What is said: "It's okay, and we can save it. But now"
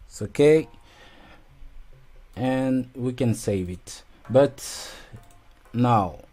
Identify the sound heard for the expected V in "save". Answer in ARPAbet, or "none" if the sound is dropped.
V